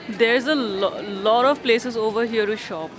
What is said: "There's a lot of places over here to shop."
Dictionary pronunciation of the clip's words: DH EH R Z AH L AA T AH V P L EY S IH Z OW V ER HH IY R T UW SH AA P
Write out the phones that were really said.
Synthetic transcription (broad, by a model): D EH R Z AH L AA T AH V P L EY S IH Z OW V ER HH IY R T UW SH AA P